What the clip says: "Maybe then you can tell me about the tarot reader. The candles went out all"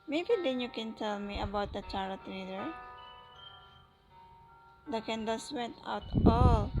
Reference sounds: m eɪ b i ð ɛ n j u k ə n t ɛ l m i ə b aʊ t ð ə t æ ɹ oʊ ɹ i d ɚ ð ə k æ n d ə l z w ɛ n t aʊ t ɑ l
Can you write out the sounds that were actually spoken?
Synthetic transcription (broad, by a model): m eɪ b i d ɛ n j u k ə n t ɛ l m i ə b aʊ t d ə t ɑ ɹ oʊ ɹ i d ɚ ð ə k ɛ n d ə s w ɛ t aʊ t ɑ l